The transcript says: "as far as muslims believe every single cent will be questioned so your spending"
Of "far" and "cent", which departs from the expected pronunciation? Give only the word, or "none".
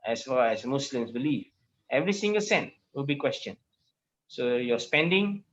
far